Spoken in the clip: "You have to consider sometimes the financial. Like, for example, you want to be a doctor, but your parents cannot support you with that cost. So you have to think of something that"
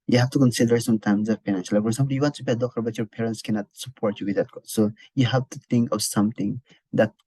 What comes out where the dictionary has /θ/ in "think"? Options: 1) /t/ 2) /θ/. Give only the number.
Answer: 1